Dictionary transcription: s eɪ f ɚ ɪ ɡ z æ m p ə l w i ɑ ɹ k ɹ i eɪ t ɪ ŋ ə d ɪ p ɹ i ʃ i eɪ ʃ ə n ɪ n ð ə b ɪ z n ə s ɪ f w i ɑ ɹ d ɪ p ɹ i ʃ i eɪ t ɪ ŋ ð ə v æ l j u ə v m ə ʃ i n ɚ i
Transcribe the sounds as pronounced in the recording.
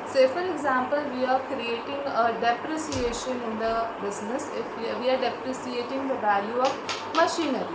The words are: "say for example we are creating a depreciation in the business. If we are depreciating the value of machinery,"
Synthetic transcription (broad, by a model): s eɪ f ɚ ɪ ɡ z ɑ m p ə l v i ɑ ɹ k ɹ i eɪ t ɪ ŋ ə d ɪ p ɹ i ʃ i eɪ ʃ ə n ɪ n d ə b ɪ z n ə s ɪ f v i ɑ ɹ d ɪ p ɹ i s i eɪ t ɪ ŋ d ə v æ l j u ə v m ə ʃ i n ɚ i